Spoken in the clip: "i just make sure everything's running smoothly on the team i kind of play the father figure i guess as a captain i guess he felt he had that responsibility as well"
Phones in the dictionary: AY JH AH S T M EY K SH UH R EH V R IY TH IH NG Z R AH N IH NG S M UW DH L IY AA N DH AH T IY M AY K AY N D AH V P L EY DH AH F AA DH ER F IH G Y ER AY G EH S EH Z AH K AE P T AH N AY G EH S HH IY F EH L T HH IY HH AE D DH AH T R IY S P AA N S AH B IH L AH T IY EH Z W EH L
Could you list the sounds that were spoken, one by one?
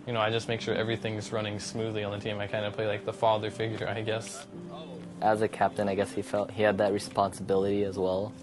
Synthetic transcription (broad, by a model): AY JH AH S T M EY K SH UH R EH V R IY TH IH NG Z R AH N IH NG S M UW DH L IY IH N DH AH T IY M AY K AY N D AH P L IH DH AH F AA DH ER F IH G Y ER AY G EH S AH Z AH K AE P T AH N AY G EH S HH IY F EH L T HH IY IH D DH AH T R IY S P AA N S AH B IH L AH T IY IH Z W EH L